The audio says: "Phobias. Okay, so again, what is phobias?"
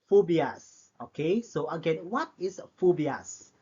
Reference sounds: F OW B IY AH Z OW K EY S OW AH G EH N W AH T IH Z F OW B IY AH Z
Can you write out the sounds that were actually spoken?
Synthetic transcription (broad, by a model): F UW B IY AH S OW K EY S OW AH G EH N W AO T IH S F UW B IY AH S